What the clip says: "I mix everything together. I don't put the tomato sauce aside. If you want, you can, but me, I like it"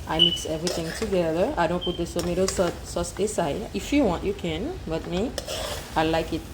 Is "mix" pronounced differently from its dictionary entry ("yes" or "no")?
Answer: no